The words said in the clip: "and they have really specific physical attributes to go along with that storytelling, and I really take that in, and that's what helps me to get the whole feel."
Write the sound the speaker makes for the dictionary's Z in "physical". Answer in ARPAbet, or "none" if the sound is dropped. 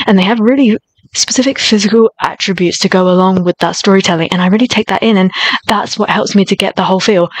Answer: Z